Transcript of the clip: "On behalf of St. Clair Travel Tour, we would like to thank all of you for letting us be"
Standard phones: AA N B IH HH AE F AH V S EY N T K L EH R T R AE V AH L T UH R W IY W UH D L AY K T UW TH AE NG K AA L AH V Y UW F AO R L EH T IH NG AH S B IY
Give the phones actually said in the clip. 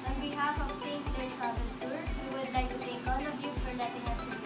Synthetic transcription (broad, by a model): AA N B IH HH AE F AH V S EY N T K L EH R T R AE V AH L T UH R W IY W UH D L AY K T UW T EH K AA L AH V Y UW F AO R L EH T IH NG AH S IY